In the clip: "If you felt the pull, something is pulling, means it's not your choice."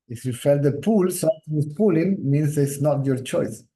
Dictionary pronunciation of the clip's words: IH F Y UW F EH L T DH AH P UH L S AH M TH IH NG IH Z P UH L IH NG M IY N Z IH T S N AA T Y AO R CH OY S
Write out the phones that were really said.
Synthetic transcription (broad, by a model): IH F Y UW F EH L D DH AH P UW L S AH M T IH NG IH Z P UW L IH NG M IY N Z IH T S N AA T Y AO R CH OY S